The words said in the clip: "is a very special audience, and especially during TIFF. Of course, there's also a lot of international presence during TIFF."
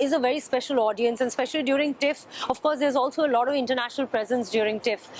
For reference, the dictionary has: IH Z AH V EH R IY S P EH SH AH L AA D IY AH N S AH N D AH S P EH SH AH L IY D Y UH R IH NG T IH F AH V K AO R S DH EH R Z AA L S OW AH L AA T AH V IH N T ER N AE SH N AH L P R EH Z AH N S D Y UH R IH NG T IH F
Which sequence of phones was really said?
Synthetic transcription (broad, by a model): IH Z AH V EH R IY S P EH SH AH L AA D IY AH N S AH N D S P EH SH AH L IY D Y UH R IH NG T IH F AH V K AO R S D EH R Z AA L S OW AH L AA T AH V IH N T ER N AE SH N AH L P R EH Z AH N S D Y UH R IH NG T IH F